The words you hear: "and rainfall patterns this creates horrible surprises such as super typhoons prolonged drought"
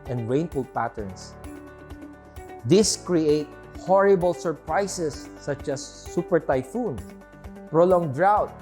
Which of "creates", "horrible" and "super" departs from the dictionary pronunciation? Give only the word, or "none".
creates